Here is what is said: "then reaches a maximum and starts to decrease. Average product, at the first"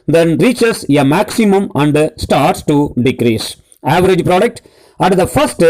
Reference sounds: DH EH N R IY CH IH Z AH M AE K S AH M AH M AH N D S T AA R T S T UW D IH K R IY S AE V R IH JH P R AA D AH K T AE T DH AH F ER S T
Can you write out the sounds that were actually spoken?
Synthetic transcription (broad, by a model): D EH N R IY CH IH S AH M AE K S AH M AH M AH N D S T AA R T S T UW D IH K R IY S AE V R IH JH P R AA D AH K T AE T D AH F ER S T